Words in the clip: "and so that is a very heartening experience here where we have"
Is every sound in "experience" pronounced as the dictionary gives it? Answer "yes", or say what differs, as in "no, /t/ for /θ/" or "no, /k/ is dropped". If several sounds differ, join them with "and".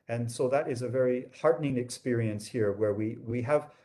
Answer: yes